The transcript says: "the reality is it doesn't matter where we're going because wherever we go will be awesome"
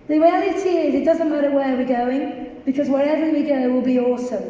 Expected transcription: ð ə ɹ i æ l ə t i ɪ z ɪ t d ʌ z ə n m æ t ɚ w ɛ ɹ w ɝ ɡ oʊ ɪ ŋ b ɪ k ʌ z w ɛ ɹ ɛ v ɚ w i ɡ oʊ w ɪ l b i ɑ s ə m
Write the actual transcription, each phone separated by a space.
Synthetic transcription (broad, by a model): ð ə w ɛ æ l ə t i ɪ z ɪ t d ʌ z ə n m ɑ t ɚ w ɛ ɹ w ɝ ɡ oʊ ɪ ŋ b ɪ k ʌ z w ɛ ɹ ɛ v ɚ w i ɡ oʊ w ɪ l b i ɑ s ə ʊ